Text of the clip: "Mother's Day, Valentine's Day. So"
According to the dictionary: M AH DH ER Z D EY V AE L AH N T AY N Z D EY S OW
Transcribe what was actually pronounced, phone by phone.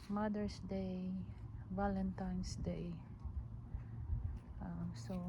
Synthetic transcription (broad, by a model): M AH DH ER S D EY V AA L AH N T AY N S D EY S OW